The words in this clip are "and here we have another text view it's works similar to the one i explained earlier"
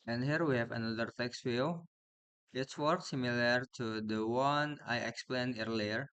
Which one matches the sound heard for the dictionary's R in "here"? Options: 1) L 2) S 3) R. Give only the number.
3